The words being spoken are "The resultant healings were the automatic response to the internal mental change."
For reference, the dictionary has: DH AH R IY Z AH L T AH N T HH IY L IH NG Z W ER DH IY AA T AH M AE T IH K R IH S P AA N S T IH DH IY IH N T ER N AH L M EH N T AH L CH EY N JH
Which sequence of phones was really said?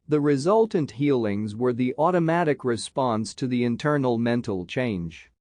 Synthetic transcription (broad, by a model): DH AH R IY Z AH L T AH N T HH IY L IH NG Z W ER DH IY AA T AH M AE T IH K R IH S P AA N S T IH DH IY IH N T ER N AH L M EH N T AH L CH EY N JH